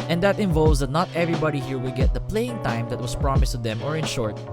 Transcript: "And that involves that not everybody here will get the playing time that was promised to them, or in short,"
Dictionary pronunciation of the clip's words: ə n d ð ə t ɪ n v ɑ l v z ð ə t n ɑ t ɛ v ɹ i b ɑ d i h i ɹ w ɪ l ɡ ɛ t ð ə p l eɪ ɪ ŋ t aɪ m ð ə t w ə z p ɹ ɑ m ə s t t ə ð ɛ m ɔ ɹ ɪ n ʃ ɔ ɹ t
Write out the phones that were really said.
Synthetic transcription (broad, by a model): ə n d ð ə t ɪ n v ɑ l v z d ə t n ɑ t ɛ v ɹ i b ɑ d i h i ɹ w ɪ l ɡ ɛ t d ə p l eɪ ɪ ŋ t aɪ m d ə t w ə s p ɹ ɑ m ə s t t ə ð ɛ m ɔ ɹ ɪ n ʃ ɔ ɹ t